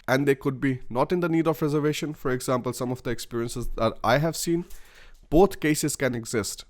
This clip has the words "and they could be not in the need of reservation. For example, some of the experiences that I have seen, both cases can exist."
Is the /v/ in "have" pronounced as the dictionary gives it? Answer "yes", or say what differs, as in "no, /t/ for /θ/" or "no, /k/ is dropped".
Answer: yes